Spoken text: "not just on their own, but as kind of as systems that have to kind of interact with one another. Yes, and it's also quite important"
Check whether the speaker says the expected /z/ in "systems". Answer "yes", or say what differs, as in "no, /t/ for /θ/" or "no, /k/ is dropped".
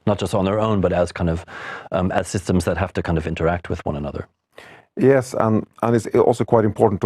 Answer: yes